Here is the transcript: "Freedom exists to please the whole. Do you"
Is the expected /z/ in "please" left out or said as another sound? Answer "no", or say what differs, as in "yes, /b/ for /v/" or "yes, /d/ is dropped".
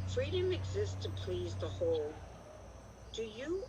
no